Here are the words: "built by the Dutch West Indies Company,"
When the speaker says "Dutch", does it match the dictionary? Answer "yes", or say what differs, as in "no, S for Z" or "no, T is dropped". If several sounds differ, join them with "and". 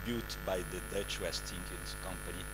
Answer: yes